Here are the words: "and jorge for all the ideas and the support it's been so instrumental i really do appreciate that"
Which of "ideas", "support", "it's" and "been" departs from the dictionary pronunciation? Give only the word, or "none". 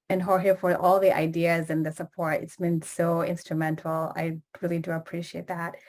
none